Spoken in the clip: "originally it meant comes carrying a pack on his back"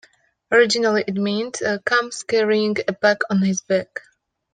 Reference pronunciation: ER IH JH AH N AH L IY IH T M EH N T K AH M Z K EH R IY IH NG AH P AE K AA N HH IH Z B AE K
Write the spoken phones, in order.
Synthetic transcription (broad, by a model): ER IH JH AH N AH L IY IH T M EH N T K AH M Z K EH R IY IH NG AH B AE K AA N HH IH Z B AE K